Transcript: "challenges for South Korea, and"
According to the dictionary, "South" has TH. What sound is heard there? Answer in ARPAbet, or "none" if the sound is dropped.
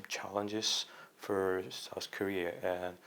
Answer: TH